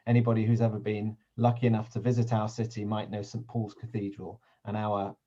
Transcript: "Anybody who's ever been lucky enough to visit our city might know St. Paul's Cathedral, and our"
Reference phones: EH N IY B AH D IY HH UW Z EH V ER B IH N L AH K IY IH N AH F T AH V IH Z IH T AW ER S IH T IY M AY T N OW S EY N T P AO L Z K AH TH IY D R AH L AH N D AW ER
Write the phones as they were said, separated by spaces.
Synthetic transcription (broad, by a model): EH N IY B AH D IY HH UW Z EH V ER B IH N L AH K IY IH N AH F T AH V IH Z IH T AW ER S IH T IY M AY T N OW S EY N P AO L Z K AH TH IY D R AH L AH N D AW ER